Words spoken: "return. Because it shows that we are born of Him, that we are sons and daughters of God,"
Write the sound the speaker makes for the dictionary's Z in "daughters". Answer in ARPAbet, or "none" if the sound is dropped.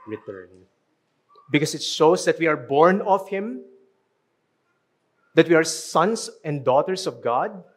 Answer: S